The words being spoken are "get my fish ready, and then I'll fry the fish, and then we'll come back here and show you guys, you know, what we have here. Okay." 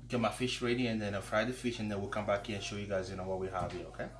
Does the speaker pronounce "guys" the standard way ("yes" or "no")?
yes